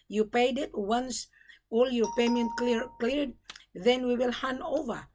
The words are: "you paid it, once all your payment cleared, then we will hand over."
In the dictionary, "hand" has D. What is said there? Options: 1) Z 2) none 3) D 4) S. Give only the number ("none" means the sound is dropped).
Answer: 2